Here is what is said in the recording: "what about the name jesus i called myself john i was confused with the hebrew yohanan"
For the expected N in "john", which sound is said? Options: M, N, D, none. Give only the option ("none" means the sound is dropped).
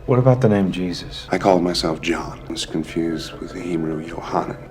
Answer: N